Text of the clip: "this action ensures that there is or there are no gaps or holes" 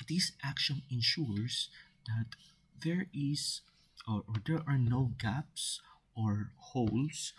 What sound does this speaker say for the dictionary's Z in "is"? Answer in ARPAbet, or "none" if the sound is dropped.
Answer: S